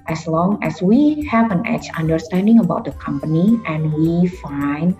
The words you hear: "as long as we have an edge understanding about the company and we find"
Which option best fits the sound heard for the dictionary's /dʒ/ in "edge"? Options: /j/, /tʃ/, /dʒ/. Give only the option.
/tʃ/